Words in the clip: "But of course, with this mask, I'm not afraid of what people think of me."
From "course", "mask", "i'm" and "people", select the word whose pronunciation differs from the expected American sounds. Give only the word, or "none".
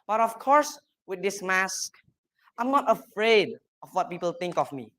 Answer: none